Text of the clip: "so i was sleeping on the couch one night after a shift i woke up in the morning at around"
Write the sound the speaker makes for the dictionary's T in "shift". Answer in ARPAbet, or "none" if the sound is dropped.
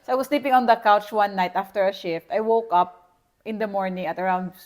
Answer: T